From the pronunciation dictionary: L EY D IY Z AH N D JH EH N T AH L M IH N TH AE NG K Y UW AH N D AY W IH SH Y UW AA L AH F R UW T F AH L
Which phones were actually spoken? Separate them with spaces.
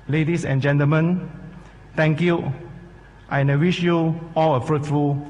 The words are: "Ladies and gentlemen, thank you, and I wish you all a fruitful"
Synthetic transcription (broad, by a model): L EY D IY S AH N JH EH N T AH L M IH N T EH NG K Y UW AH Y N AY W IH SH Y UW AA L AH F R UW T F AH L